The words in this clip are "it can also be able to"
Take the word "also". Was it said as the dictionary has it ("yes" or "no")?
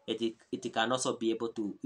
no